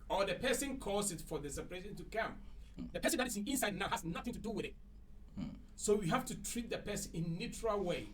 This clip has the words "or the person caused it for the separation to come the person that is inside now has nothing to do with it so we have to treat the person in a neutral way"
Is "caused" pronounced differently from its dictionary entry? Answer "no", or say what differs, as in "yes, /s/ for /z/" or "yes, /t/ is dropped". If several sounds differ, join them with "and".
yes, /d/ is dropped